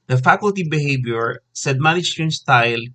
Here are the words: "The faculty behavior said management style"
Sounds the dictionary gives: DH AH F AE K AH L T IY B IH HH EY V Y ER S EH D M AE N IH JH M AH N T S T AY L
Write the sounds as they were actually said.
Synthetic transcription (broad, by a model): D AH F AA K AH L T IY B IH HH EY B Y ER S EH D M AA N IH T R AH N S T AY L